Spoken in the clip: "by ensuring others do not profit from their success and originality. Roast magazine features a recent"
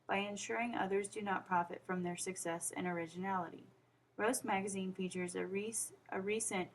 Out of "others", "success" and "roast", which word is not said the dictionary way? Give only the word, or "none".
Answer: none